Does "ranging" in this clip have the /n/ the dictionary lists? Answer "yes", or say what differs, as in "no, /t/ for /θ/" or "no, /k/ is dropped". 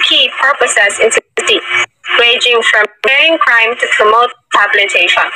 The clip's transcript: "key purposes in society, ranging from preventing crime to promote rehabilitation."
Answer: no, /n/ is dropped